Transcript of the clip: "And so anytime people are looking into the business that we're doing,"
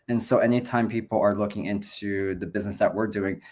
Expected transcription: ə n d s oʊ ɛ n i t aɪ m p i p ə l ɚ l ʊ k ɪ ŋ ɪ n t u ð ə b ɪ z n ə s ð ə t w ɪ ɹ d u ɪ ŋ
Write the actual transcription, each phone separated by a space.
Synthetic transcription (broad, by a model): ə n s oʊ ɛ n i t aɪ m p i p l ɚ l ʊ k ɪ ŋ ɪ n t u ð ə b ɪ z n ə s ð ə t w ɪ ɹ d u ɪ ŋ